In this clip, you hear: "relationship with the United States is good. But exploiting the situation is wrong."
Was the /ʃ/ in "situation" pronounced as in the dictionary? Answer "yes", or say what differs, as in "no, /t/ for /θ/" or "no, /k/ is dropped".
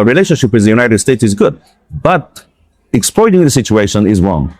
yes